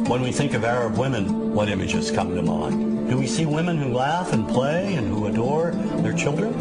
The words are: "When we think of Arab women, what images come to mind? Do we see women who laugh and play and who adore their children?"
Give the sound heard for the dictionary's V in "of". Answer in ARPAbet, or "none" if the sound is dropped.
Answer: V